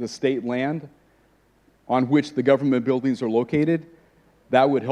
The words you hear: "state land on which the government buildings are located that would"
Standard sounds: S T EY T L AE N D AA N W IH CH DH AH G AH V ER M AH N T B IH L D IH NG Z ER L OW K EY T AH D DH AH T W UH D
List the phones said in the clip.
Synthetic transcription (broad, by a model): S T EY T L AE N D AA N W IH CH DH AH G AH V ER M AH N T B IH L D IH NG Z ER L OW K EY T AH D DH AH T W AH D